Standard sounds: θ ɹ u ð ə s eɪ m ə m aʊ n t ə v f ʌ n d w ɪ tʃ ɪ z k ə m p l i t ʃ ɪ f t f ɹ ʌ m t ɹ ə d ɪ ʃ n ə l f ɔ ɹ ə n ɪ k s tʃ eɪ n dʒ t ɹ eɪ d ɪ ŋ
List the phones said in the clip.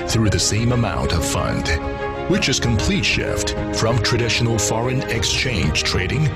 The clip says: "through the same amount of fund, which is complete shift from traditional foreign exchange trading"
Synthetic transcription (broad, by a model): θ ɹ u ð ə s eɪ m ə m aʊ n t ə v f ʌ n d w ɪ tʃ ɪ z k ə m p l i t ʃ ɪ f t f ɹ ʌ m t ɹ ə d ɪ ʃ n l f ɔ ɹ ə n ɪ k s tʃ eɪ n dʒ t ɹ eɪ d ɪ ŋ